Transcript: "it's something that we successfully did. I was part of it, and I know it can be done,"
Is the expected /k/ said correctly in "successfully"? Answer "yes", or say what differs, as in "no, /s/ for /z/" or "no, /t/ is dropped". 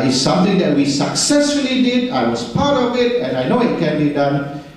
yes